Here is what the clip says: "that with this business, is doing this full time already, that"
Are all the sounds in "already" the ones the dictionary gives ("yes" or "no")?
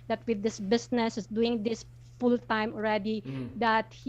yes